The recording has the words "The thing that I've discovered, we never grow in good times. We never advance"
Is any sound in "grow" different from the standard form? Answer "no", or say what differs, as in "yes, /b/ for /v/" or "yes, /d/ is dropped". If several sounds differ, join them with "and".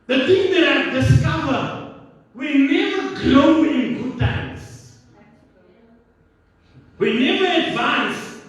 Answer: yes, /l/ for /ɹ/